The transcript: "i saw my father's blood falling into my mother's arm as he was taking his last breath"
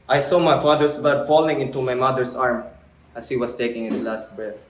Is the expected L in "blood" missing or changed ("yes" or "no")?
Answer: yes